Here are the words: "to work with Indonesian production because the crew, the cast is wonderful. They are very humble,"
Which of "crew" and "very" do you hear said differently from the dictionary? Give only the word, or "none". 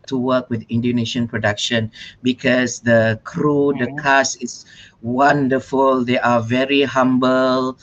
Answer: none